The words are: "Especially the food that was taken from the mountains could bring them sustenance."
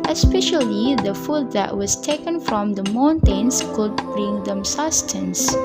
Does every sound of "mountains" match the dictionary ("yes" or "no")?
no